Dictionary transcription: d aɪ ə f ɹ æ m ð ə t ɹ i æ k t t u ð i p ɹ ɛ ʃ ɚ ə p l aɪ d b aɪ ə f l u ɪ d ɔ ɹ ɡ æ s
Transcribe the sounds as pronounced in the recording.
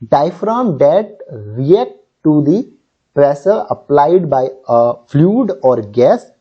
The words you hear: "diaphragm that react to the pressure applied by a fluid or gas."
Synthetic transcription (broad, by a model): d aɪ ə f ɹ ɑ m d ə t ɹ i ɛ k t t u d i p ɹ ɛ s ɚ ə p l aɪ d b aɪ ə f l u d ɔ ɹ ɡ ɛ s